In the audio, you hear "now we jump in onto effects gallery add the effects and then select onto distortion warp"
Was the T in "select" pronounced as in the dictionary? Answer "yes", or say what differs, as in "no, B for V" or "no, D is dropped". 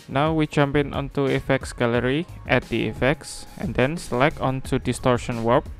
no, T is dropped